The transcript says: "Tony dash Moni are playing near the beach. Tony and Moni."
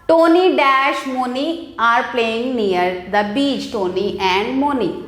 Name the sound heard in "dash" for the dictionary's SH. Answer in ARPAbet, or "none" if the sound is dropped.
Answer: SH